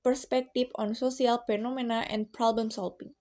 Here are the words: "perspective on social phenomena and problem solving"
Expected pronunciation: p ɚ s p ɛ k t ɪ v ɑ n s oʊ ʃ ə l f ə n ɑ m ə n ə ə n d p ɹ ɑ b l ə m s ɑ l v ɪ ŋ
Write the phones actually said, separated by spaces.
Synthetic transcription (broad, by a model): p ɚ s p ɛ k t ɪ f ɑ n s oʊ s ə l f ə n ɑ m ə n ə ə n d p ɹ ɑ b l ə m s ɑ l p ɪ ŋ